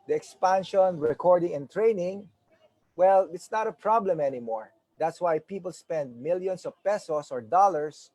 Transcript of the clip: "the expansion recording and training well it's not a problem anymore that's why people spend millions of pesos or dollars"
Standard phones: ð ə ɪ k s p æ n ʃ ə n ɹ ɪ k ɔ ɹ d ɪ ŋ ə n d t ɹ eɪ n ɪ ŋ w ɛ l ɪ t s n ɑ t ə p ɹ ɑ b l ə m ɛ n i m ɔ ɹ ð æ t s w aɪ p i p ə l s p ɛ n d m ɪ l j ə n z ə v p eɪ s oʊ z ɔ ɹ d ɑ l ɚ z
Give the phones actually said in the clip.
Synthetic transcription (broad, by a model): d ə ɪ k s p æ n ʃ ə n ɹ ɪ k ɔ ɹ d ɪ ŋ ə n t ɹ eɪ n ɪ ŋ w ɛ l ɪ t s n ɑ t ə p ɹ ɑ b l ə m ɛ n i m ɔ ɹ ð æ t s w aɪ p i p ə l s p ɛ n d m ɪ l j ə n s ə v p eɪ s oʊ s ɔ ɹ d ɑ l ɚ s